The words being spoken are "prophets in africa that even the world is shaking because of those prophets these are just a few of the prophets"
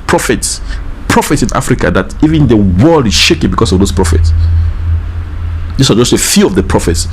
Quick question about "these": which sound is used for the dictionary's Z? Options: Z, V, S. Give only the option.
S